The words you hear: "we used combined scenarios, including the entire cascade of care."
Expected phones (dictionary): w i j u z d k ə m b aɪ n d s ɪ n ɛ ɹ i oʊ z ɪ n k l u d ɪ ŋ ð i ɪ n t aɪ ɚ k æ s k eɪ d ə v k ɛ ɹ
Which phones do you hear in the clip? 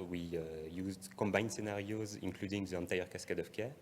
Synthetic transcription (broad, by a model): w i j u z d k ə m b aɪ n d s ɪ n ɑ ɹ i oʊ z ɪ n k l u d ɪ ŋ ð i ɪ n t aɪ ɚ k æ s k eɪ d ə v k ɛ